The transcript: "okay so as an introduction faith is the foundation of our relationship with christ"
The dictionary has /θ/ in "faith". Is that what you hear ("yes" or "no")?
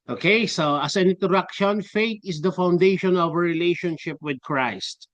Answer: no